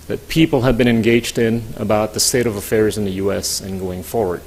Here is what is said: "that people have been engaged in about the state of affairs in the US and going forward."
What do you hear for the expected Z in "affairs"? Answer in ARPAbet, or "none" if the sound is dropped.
Z